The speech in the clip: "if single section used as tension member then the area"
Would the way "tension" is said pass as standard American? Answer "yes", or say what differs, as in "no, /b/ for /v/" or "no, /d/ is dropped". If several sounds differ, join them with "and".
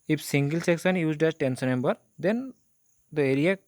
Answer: no, /s/ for /ʃ/